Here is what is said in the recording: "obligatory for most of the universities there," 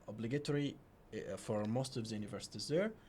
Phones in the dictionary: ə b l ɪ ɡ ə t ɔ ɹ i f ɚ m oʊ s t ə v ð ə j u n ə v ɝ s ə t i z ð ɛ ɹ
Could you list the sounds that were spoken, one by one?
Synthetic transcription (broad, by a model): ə b l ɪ ɡ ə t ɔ ɹ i f ɚ m oʊ s t ə v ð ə j u n ə v ɝ s ə t i z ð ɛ ɹ